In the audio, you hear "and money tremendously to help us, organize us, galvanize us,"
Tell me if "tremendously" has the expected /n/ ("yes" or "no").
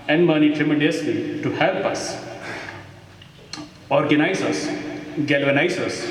no